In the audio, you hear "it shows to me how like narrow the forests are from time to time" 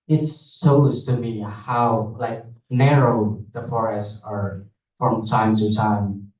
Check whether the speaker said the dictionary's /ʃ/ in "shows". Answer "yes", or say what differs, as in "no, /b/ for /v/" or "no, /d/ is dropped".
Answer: no, /s/ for /ʃ/